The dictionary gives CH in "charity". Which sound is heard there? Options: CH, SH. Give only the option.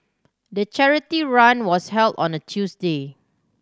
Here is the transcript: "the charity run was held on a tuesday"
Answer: CH